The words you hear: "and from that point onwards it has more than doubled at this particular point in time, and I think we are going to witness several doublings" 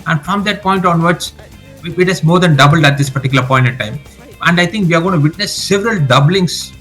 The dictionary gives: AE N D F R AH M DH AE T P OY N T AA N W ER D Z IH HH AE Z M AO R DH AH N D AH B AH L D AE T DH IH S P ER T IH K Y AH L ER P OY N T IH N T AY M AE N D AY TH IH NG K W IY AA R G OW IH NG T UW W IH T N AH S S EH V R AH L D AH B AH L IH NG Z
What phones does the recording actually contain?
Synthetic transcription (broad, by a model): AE N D F R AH M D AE T P OY N T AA N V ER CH IH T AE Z M AO R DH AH N D AH B AH L D AE T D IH S P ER T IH K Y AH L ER P OY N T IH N T AY M AE N D AY T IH NG K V IY AA R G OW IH T UW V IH T N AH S S EH V R AH L D AH B L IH NG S